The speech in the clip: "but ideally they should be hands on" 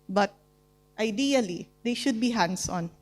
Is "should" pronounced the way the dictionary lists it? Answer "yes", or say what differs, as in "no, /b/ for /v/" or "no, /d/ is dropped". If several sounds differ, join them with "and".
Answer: yes